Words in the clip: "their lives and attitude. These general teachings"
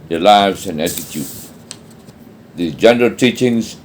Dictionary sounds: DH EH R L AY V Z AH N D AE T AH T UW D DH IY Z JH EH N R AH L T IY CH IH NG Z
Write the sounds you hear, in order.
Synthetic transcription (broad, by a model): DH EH L AY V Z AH N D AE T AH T UW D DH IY JH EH N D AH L T IY CH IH NG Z